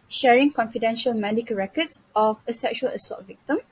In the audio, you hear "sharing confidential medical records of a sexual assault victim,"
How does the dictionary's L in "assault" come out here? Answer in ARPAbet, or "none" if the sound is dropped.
none